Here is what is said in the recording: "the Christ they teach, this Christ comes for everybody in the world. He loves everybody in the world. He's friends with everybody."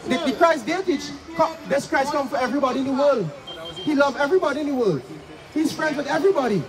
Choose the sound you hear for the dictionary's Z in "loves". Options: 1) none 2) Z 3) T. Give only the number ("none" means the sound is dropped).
1